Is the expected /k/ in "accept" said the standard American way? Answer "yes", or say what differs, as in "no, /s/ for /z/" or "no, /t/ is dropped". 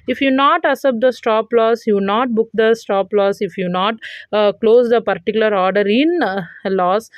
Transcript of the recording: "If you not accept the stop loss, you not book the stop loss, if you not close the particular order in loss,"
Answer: no, /k/ is dropped